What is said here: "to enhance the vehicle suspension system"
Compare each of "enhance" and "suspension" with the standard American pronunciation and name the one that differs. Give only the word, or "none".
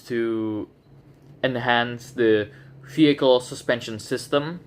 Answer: none